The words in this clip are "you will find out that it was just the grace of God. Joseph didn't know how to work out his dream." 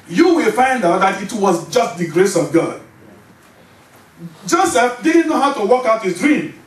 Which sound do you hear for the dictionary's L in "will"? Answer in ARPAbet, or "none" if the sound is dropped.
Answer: L